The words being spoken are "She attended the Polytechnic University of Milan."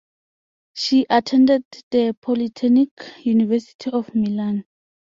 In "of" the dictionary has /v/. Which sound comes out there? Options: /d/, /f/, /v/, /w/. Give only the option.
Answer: /f/